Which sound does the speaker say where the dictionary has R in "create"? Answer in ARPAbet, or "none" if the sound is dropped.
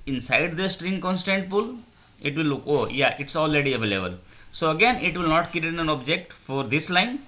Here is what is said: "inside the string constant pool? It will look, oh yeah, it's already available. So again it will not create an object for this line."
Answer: none